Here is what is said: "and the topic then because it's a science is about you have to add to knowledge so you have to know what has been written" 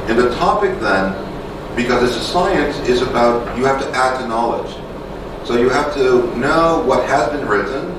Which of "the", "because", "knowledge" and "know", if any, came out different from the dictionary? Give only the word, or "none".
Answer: none